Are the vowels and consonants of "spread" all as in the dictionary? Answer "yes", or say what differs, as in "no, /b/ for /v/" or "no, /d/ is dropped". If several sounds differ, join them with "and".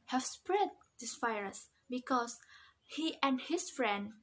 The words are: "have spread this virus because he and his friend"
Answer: yes